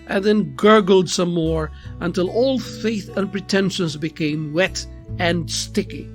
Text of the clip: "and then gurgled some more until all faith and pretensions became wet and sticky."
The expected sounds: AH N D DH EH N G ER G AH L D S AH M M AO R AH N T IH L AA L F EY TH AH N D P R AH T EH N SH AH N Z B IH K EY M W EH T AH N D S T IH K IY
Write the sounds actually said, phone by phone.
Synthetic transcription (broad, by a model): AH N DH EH N G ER G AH L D S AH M M AO R AH N T IH L AA L F EY TH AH N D P R AH T EH N SH AH N Z B IH K EY M W EH T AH N S T IH K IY